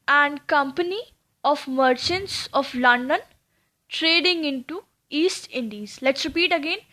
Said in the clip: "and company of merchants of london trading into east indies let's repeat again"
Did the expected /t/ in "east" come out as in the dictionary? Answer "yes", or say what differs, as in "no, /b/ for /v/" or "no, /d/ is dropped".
yes